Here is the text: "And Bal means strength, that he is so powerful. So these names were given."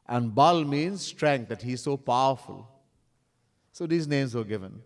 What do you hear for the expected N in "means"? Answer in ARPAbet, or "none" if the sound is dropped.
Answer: N